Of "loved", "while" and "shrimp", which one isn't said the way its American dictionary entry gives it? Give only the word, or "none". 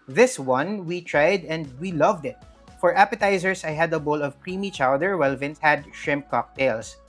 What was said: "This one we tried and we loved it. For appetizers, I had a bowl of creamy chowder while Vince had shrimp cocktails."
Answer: none